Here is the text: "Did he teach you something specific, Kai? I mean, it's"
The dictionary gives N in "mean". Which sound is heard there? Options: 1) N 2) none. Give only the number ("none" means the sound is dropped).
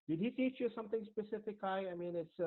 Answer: 1